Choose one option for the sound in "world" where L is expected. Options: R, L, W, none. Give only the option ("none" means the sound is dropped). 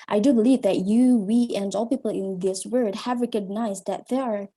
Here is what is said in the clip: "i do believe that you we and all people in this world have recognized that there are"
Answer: none